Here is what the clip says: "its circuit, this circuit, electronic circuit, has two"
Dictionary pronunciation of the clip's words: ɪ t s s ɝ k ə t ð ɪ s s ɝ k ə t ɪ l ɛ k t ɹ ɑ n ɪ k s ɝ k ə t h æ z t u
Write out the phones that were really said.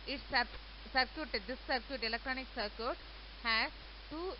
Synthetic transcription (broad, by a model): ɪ t s s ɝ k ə t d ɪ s s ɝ k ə t ɪ l ɛ k t ɹ ɑ n ɪ k s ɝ k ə t h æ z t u